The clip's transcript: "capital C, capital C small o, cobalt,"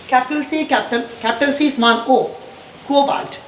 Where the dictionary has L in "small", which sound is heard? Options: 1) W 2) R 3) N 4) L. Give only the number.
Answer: 3